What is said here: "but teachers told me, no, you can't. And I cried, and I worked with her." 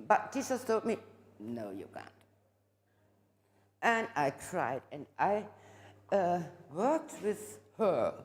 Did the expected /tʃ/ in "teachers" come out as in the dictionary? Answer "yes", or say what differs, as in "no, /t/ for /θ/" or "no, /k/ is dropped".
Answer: no, /s/ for /tʃ/